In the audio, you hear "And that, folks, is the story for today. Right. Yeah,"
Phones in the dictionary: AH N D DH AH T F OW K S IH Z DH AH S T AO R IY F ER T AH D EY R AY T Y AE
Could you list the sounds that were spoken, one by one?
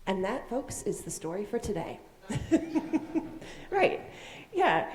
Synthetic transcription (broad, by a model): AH N DH AH T F OW K S IH Z DH AH S T AO R IY F ER T AH D EY R AY T Y AE